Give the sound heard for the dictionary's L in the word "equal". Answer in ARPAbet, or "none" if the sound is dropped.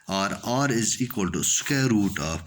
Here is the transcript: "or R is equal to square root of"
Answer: L